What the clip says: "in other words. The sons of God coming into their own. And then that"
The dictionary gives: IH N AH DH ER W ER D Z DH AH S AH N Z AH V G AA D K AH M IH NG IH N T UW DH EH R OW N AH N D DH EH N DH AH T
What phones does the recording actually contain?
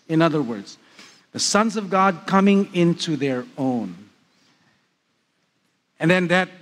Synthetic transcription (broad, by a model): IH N AH DH ER W ER D Z DH AH S AH N Z AH V G AA D K AH M IH NG IH N T UW DH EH R OW N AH N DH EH N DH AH T